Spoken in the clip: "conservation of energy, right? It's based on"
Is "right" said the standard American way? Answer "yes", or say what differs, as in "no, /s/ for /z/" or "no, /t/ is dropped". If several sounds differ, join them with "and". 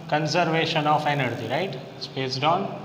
no, /t/ is dropped